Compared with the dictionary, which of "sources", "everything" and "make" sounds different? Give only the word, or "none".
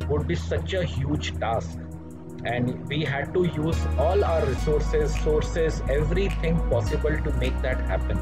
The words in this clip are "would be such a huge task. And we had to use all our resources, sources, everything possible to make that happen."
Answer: everything